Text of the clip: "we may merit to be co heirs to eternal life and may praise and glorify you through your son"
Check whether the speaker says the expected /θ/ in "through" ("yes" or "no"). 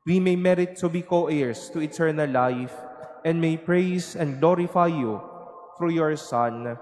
no